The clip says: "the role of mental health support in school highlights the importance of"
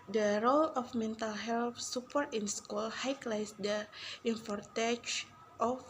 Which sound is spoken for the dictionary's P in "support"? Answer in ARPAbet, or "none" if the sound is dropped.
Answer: P